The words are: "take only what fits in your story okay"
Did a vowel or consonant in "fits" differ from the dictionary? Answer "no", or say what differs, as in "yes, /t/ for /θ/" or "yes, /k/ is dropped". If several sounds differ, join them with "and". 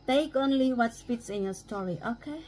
yes, /p/ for /f/